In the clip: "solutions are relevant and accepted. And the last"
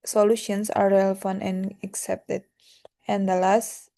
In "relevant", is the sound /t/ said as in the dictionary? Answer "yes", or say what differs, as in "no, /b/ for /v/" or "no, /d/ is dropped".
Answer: no, /t/ is dropped